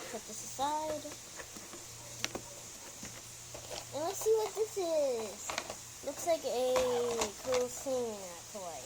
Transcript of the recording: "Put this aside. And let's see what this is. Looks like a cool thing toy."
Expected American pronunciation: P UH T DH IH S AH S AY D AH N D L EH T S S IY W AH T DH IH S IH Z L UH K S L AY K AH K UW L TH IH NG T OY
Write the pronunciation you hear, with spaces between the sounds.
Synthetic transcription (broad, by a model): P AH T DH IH S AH S AY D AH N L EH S S IY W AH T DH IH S IH Z L UH K S L AY K AH K UW L S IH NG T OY